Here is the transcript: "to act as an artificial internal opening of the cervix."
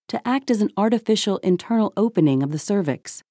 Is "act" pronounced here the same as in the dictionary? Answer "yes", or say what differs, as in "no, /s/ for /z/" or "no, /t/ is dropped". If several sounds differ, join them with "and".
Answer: yes